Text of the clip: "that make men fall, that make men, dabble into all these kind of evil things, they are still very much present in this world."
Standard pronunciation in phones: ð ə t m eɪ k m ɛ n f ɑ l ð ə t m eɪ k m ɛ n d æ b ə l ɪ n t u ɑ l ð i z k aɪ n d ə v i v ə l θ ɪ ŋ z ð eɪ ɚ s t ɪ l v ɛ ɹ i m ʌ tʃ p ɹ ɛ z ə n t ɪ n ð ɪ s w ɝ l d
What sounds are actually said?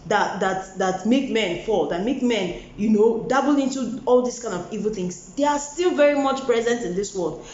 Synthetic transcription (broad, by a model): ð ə t m eɪ k m ɛ n f ɑ l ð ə t m eɪ k m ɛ n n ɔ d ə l ɪ n t u ɑ l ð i s k aɪ n d ə v i v ə l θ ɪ ŋ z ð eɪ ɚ s t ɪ l v ɛ ɹ i m ʌ tʃ p ɹ ɛ z ə n t ɪ n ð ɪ s w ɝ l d